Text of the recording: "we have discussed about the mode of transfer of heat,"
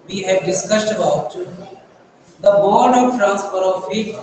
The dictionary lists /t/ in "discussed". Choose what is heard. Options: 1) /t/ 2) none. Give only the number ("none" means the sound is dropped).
1